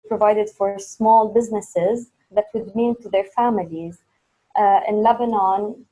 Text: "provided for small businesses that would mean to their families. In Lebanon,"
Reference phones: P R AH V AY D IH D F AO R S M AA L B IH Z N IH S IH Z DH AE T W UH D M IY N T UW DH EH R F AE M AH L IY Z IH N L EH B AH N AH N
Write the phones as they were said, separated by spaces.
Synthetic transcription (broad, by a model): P R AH V AY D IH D F AO R S M AA L B IH Z N IH S IH Z DH AE T W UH D M IY N T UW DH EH R F AE M AH L IY Z IH N L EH B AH N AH N